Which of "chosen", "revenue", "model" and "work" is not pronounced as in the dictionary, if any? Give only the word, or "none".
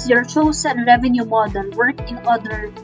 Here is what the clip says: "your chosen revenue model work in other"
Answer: chosen